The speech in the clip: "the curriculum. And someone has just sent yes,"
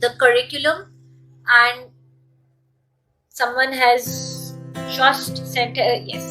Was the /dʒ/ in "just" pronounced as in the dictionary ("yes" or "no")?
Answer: no